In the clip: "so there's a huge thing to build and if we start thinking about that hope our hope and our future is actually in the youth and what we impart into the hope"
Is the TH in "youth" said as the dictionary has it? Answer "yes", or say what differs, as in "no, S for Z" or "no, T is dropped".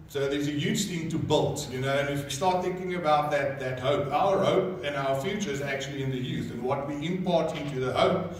yes